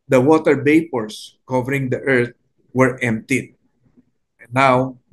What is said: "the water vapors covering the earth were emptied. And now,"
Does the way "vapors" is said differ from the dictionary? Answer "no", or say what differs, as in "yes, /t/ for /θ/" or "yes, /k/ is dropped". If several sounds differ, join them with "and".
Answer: yes, /b/ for /v/ and /s/ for /z/